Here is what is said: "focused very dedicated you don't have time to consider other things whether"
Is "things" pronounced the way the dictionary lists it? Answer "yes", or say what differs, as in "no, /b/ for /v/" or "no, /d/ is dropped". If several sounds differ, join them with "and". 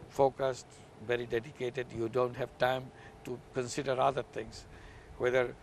no, /t/ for /θ/